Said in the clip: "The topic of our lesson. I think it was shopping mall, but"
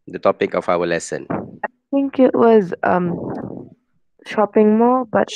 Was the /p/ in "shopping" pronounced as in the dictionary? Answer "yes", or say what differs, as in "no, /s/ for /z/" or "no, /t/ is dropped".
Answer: yes